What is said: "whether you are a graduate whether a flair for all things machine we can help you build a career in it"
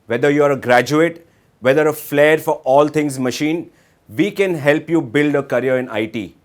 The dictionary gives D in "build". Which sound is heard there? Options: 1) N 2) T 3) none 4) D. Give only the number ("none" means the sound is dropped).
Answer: 4